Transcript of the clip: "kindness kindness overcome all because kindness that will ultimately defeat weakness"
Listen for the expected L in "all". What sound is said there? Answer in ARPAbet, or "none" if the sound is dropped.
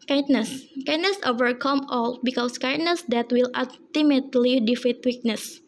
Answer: L